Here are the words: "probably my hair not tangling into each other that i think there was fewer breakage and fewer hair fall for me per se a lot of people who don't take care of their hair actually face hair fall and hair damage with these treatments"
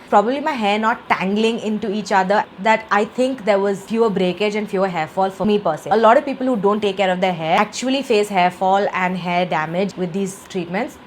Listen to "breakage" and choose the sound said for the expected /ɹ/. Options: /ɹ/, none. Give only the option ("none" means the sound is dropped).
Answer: /ɹ/